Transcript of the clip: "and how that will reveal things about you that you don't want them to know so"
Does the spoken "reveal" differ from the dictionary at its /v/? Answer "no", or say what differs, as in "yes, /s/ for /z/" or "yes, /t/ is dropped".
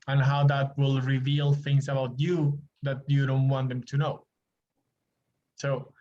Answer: no